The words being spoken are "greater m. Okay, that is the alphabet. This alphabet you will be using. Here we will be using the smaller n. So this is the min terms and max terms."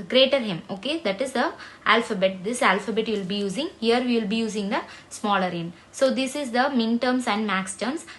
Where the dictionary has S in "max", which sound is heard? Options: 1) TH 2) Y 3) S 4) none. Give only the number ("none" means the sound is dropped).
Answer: 3